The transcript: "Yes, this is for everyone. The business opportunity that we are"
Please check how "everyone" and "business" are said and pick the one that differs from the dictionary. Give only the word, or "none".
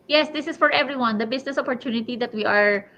business